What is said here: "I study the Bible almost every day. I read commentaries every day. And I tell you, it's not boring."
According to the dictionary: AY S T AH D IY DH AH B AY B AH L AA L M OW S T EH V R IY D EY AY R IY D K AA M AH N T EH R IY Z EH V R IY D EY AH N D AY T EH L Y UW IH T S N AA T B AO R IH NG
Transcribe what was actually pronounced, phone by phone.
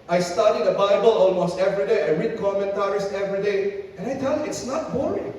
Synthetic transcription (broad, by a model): AY S T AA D IY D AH B AY B AH L AA L M OW S T EH V R IY D EY AY R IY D K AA M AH N T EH R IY S EH V R IY D EY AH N AY T EH L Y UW IH T S N AA T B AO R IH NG